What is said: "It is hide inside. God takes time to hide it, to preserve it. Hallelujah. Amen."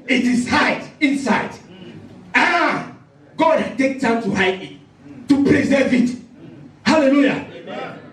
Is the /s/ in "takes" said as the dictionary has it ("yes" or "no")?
no